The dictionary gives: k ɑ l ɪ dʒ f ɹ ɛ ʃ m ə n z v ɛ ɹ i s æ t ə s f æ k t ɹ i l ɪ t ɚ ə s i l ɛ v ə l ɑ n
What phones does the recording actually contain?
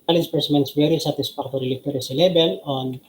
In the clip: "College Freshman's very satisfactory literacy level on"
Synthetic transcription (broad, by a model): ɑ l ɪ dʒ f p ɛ s m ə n s v ɛ ɹ i s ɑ t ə s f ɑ k t ɹ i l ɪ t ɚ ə s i l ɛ b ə l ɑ n